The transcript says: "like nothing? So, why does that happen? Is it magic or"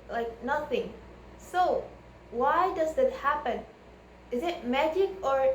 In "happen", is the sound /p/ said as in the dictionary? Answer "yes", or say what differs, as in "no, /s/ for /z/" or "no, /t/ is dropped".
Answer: yes